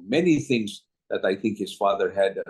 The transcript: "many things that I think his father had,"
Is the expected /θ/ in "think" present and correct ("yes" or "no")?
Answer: yes